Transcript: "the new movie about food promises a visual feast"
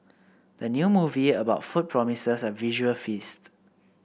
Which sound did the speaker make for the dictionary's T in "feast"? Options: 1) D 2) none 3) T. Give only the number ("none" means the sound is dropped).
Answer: 3